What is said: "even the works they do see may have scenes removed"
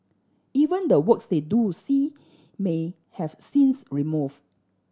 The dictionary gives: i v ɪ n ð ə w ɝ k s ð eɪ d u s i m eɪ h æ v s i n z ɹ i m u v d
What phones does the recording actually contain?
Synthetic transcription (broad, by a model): i v ɪ n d ə w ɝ k s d eɪ d u s i m eɪ h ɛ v s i n s ɹ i m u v